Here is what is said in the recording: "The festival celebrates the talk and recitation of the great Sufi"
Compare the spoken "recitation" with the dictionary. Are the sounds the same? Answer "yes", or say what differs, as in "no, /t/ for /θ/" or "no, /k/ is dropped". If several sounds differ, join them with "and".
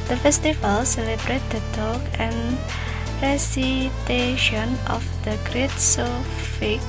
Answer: yes